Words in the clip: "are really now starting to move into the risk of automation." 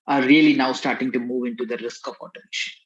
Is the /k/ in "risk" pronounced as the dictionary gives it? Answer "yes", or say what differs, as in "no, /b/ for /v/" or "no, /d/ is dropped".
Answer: yes